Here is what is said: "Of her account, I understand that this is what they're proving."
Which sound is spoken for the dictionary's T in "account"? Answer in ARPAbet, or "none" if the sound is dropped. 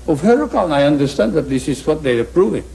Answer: none